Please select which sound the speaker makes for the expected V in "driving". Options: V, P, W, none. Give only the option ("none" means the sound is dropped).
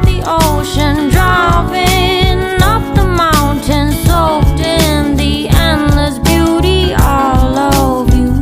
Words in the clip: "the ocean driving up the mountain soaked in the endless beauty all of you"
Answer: P